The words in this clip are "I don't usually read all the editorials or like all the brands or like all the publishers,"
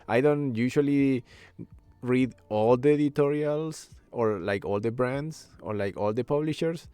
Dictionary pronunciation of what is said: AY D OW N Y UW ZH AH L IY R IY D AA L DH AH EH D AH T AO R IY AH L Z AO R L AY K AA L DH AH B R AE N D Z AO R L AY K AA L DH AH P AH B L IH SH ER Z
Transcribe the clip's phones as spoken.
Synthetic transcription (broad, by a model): AY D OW N Y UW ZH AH L IY R IY D AA L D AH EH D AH T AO R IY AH L S AO R L AY K AA L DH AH B R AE N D S AO R L AY K AA L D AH P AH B L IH SH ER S